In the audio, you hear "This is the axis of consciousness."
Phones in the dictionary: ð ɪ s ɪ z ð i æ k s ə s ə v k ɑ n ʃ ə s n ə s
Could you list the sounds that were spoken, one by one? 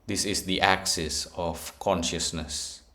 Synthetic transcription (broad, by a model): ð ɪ s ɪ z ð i æ k s ə s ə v k ɑ n ʃ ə s n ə s